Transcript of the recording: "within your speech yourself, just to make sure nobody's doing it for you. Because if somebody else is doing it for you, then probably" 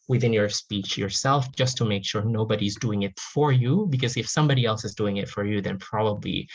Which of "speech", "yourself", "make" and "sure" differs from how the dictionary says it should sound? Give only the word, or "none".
none